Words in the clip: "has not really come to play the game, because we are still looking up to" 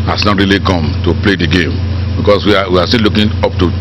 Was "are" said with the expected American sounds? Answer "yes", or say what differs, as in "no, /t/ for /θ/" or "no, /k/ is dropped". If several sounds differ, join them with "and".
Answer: no, /w/ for /ɹ/